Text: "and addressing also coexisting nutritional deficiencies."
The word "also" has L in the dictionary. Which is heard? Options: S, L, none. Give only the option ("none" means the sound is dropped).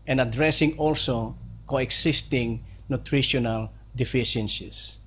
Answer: L